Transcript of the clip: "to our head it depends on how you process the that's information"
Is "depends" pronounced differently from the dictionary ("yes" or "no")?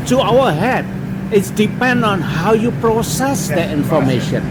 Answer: yes